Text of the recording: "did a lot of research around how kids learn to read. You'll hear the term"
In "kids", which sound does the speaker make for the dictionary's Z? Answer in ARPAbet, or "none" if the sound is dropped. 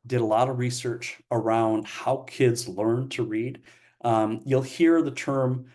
Z